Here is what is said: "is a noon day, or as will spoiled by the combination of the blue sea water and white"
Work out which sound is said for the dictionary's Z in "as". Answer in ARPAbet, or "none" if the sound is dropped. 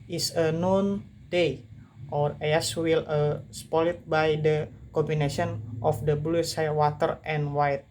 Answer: S